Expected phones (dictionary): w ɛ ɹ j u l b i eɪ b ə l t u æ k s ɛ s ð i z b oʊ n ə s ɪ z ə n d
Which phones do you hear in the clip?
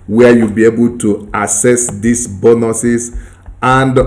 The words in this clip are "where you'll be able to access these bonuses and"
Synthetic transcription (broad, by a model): w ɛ j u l b i eɪ b ə l t u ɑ s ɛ s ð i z b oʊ n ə s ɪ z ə n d